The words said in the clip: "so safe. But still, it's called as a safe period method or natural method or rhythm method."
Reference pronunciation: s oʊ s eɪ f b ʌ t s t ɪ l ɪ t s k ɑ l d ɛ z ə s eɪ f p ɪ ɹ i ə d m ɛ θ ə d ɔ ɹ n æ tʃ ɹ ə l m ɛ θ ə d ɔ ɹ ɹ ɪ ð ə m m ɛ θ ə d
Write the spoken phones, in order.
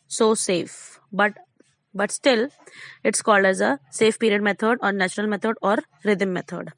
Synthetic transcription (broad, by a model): s oʊ s eɪ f b ʌ t s t ɪ l ɪ t s k ɑ l d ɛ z ə s eɪ f p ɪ ɹ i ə d m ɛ t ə d ɔ ɹ n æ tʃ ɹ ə l m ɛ t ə d ɔ ɹ ɹ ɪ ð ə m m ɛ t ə d